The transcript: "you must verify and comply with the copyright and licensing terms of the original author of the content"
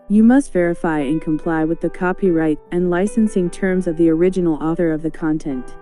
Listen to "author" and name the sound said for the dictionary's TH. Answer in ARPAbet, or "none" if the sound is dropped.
TH